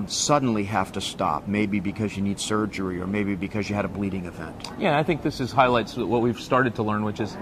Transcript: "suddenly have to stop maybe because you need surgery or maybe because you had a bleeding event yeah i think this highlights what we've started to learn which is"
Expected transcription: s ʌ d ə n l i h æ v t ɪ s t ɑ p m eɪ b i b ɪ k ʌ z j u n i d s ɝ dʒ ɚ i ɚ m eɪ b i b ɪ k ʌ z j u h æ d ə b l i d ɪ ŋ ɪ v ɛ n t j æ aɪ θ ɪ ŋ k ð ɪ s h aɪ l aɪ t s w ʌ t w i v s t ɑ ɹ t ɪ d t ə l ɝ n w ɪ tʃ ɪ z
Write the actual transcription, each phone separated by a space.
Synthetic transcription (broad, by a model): s ʌ d n l i h æ f t ɪ s t ɑ p m eɪ b i b ɪ k ʌ z j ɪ n i d s ɝ dʒ ɚ i ɚ m eɪ b i b ɪ k ʌ z j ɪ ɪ d ə b l i d ɪ ŋ ɪ v ɛ n t j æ aɪ θ ɪ ŋ k ð ɪ s h aɪ l aɪ t s w ʌ t w i v s t ɑ ɹ t ɪ d t ə l ɝ n w ɪ tʃ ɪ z